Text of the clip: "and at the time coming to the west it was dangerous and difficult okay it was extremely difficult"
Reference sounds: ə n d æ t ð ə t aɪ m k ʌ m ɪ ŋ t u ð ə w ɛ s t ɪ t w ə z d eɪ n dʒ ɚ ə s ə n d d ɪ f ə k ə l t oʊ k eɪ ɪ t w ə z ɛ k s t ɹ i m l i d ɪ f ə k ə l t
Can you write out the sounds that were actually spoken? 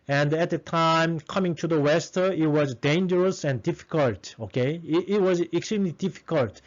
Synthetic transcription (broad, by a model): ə n d æ t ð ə t aɪ m k ʌ m ɪ ŋ t u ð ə w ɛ s t ɪ t w ə z d eɪ n dʒ ɚ ə s ə n d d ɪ f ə k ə l t oʊ k eɪ ɪ t w ə z ɛ k s t ɹ i m l i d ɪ f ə k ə l t